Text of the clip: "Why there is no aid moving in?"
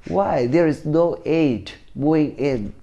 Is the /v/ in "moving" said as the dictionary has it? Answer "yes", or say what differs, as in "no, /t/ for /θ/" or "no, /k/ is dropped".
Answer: no, /v/ is dropped